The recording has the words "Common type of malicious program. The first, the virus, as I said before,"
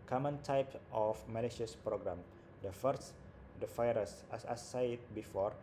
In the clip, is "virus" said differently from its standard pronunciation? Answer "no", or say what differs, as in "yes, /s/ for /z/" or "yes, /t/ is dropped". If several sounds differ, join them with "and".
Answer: yes, /f/ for /v/